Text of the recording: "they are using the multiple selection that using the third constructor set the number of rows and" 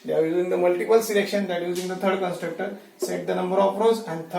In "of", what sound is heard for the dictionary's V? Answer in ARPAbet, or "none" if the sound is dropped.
P